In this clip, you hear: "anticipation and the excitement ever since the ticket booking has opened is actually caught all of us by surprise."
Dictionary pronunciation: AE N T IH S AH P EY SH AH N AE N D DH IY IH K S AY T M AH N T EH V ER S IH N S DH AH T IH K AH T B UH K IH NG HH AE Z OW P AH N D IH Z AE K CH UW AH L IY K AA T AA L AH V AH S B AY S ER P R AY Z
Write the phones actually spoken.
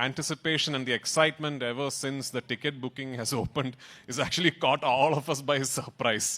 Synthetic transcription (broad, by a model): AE N T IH S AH P EY SH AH N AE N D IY IH K S AY T M AH N T EH V ER S IH N S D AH T IH K AH T B UH K IH NG HH AE Z OW P AH N D IH Z AE K CH UW AH L IY K AA T AA L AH F AH S B AY S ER P R AY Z